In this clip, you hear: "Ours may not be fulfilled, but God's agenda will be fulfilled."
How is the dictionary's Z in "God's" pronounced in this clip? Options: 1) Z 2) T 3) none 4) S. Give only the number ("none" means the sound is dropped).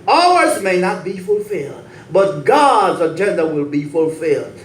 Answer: 1